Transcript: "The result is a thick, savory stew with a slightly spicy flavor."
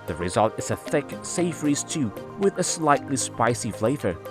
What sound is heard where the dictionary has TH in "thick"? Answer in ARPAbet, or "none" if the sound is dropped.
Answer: TH